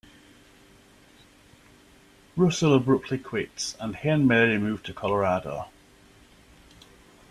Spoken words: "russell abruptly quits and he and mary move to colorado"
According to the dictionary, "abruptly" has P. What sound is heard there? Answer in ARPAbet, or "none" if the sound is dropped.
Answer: P